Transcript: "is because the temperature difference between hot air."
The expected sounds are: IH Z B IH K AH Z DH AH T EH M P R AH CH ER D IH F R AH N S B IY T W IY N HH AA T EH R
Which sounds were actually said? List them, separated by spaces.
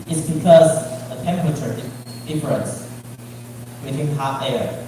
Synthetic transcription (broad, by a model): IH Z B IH K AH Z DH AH T EH M P R AH CH ER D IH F R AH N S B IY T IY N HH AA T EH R